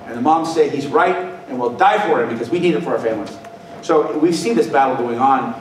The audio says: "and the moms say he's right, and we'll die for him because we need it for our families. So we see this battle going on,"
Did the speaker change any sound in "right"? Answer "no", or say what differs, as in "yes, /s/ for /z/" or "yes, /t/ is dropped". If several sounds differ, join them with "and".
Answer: no